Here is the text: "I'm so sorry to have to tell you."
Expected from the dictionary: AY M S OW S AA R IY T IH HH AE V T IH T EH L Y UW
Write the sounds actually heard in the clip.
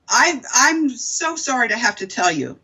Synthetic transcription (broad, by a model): AY M S OW S AA R IY T IH HH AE F T IH T EH L Y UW